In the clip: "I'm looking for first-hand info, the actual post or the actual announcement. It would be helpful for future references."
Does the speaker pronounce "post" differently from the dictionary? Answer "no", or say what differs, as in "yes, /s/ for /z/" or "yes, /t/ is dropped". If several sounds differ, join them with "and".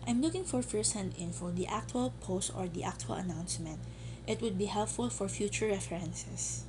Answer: no